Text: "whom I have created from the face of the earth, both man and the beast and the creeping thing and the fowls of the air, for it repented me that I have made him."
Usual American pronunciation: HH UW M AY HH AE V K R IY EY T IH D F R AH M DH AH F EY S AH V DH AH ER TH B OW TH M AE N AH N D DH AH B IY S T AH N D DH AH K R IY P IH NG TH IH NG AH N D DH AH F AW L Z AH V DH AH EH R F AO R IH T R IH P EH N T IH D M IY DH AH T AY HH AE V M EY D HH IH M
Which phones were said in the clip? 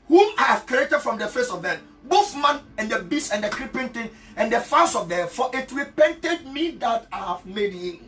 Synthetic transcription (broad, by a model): HH UW M AY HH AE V K R IY EY T IH D F R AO M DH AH F EY S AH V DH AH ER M B OW TH M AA N AH N D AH B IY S AH N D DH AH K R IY P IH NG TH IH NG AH N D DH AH F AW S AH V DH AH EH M F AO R IH T R IH P EH N T IH D M IY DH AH T AY HH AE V M EY D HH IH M